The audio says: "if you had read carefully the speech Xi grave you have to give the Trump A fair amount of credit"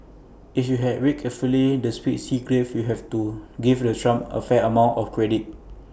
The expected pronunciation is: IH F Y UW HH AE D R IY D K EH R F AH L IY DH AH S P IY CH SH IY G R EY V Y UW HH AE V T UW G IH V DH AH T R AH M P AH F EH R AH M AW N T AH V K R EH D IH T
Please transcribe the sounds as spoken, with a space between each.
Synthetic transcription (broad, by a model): IH F Y UW HH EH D W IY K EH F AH L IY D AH S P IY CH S IY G R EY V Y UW HH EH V T UW G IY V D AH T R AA M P AH F EH AH M AW N T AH F K R EH D IH T